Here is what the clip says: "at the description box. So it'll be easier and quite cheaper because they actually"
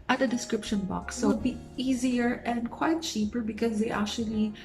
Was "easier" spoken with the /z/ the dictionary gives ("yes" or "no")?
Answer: yes